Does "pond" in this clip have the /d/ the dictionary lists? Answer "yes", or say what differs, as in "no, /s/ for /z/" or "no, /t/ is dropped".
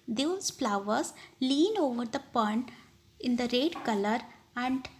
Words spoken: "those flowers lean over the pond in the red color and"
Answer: no, /d/ is dropped